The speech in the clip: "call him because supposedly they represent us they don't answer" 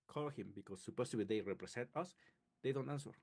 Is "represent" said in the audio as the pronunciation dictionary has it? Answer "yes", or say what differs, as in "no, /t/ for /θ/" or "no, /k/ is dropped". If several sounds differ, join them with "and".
no, /s/ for /z/